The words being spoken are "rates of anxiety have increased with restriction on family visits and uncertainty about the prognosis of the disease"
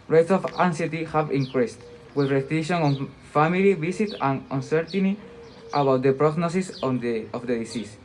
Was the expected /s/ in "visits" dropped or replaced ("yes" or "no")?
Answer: yes